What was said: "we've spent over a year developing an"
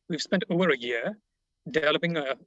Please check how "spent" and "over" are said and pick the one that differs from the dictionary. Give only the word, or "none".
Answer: none